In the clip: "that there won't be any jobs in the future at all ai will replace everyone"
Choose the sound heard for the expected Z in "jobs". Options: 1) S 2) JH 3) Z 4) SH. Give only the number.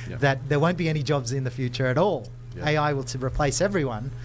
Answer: 3